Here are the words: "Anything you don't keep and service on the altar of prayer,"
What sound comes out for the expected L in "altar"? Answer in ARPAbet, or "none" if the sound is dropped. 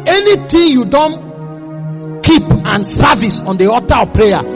none